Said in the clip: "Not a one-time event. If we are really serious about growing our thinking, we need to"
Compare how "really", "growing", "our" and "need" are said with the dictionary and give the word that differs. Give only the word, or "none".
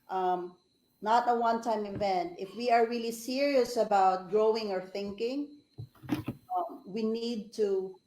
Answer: none